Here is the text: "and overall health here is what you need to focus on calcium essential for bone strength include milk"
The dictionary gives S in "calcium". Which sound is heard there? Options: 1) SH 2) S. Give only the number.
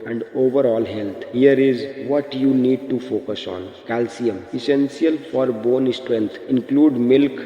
2